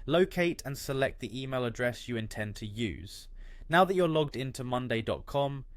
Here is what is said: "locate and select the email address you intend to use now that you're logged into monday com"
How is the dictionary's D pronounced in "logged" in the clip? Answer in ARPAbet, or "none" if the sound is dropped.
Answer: D